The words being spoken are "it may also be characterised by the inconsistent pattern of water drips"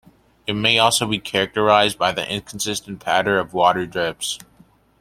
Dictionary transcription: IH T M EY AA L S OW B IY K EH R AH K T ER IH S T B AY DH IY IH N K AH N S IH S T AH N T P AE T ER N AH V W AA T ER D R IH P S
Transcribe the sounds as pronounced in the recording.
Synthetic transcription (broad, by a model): IH T M EY AA L S OW B IY K EH R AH K T ER IH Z B AY DH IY IH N K N S IH S T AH N P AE T ER AH V W AA T ER D R IH P S